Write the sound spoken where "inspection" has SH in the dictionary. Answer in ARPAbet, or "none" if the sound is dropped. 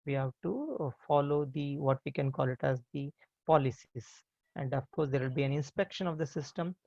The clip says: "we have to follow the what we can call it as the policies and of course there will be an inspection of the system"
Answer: SH